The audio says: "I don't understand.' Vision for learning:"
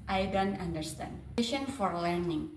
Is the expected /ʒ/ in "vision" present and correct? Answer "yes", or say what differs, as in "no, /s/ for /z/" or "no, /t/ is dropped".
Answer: no, /ʃ/ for /ʒ/